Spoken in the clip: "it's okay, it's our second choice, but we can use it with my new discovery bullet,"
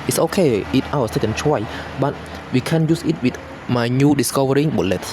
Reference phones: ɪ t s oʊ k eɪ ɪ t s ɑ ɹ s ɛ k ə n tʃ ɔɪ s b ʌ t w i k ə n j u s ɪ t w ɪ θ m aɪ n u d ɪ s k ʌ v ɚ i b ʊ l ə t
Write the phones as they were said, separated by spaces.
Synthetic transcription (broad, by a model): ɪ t s oʊ k eɪ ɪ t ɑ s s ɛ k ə n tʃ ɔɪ b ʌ t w i k ə n j u s ɪ t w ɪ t m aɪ n u d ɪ s k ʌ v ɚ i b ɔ l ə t